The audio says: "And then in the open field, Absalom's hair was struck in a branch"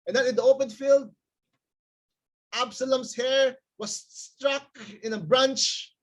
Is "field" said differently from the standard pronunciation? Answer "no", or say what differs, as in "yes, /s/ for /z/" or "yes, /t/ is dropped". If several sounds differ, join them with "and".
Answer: no